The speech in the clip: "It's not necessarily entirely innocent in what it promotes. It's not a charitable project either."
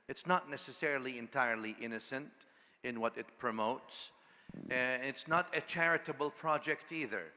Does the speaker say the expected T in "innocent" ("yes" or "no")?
yes